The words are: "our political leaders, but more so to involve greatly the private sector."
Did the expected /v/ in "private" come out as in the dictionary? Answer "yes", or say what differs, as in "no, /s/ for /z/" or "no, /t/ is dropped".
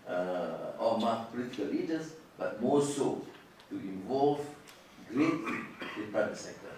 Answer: no, /v/ is dropped